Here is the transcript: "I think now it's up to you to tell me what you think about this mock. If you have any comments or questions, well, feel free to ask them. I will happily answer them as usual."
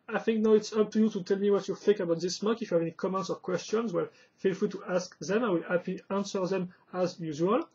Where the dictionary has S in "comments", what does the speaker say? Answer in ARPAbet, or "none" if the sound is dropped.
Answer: S